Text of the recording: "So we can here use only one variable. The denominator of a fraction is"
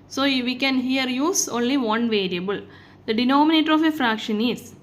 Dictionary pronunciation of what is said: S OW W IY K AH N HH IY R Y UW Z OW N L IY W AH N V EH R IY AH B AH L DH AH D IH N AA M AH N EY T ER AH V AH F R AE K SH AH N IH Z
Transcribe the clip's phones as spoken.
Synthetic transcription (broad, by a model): S OW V IY K AH N HH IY R Y UW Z OW N L IY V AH N V EH R IY AH B AH L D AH D IH N AA M AH N EY T ER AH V AH F R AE K SH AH N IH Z